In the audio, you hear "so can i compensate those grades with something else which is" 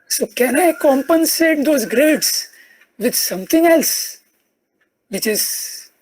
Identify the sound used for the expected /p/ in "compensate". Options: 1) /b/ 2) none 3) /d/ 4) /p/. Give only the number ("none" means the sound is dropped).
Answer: 4